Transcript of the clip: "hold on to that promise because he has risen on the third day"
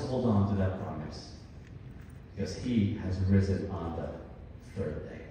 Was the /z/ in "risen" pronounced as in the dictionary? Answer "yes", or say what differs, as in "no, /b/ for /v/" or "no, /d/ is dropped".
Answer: yes